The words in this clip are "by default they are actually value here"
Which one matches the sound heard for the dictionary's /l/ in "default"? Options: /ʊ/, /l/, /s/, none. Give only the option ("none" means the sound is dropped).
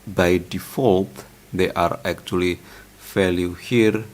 /l/